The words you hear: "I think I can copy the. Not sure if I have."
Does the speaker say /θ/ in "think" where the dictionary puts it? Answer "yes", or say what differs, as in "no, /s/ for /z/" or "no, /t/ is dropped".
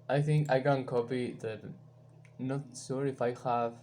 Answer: yes